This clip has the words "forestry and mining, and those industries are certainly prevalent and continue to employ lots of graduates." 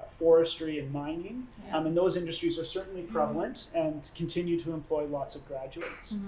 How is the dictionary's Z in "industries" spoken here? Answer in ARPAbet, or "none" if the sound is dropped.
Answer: Z